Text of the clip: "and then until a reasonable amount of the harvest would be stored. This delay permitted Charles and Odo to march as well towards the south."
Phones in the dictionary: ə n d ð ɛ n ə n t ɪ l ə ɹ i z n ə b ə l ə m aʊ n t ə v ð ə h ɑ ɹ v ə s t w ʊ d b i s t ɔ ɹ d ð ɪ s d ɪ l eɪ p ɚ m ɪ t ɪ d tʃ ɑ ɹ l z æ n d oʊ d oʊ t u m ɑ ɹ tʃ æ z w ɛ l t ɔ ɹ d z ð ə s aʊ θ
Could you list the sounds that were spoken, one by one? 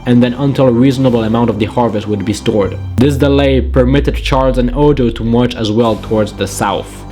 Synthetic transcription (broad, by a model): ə n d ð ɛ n ə n t ɪ l ə ɹ i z n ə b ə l ə m aʊ n t ə v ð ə h ɑ ɹ v ə s t w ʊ d b i s t ɔ ɹ d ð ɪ s d ɪ l eɪ p ɚ m ɪ t ɪ d tʃ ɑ ɹ z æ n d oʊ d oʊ t u m ɑ ɹ tʃ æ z w ɛ l t ɔ ɹ d z ð ə s aʊ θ